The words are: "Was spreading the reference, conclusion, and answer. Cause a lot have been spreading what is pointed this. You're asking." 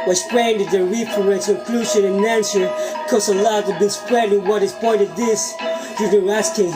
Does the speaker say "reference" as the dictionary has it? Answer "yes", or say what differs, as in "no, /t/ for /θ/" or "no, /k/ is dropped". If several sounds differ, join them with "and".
no, /p/ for /f/ and /n/ is dropped